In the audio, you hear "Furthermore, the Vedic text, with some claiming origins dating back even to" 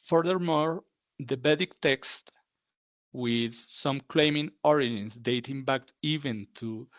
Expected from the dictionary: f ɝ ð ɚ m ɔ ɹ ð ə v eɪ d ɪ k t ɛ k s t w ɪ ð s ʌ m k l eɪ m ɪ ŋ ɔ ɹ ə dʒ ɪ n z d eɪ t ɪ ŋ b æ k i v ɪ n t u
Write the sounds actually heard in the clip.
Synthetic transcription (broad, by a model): f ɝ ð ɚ m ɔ ɹ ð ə b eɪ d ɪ k t ɛ k s t w ɪ ð s ʌ m k l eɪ m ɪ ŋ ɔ ɹ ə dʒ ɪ n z d eɪ t ɪ ŋ b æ k i v ɪ n t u